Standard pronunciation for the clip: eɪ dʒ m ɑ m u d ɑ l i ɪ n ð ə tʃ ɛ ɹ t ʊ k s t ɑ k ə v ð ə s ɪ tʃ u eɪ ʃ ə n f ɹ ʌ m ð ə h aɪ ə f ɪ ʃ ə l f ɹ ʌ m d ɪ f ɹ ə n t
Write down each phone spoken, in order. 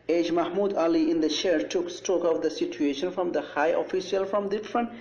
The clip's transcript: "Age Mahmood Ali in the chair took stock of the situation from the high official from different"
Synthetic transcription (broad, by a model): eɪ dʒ m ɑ m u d ɑ l i ɪ n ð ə ʃ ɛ ɹ t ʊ k s t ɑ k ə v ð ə s ɪ tʃ u eɪ ʃ ə n f ɹ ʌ m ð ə h aɪ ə f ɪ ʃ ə l f ɹ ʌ m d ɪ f ɹ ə n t